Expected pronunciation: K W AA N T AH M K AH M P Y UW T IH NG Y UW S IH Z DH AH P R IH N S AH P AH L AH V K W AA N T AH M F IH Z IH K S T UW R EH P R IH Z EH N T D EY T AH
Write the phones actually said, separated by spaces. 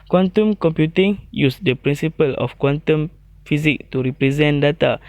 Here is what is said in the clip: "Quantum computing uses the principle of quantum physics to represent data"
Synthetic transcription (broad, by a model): K W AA N T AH M K AH M P Y UW T IH NG Y UW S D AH P R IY N S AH P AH L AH F K W AA N T AH M F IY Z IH K T UW R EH P R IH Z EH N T D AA T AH